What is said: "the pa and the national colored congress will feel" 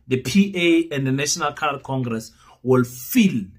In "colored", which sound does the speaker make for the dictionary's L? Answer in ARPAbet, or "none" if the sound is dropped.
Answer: none